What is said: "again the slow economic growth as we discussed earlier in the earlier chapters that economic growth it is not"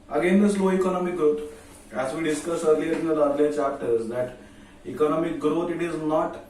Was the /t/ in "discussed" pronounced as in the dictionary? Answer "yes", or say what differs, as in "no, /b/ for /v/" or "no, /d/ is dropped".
no, /t/ is dropped